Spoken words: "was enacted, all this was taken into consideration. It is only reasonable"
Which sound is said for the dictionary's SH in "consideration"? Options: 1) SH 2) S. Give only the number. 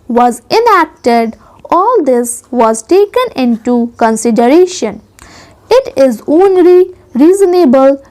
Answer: 1